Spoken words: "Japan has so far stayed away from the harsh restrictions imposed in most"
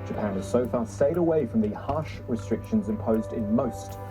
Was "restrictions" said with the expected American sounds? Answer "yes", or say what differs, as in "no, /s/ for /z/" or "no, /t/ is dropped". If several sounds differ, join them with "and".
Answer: yes